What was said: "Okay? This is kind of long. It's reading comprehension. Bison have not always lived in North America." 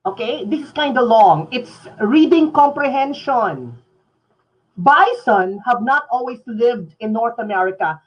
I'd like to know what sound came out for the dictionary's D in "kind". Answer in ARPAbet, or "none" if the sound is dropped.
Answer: D